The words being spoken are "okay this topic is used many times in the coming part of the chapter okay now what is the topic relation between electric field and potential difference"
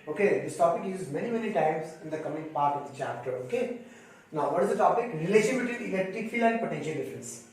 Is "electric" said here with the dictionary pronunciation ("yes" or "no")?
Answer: no